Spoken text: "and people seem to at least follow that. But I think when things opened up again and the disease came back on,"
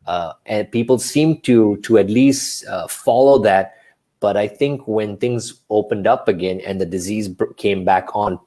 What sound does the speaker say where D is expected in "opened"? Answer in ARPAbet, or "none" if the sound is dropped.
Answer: D